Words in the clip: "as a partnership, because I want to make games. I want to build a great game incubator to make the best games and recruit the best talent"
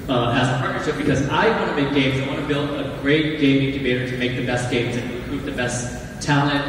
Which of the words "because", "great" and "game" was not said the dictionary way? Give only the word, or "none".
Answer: none